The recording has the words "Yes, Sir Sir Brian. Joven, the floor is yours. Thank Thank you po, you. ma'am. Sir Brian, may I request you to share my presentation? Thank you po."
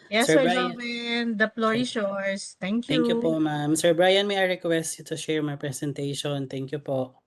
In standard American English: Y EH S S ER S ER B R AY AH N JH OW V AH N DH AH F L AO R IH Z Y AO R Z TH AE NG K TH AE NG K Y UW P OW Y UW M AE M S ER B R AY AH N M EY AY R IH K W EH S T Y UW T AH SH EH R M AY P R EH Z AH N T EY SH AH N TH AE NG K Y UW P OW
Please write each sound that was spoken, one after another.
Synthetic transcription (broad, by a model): Y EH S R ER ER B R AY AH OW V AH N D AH P L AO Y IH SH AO R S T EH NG K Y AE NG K Y UW P OW M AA M S ER B R AY AH N M EY AY R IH K W EH S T Y UW T AH SH EH R M AY P R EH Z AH N T EY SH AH N T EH NG K Y UW P OW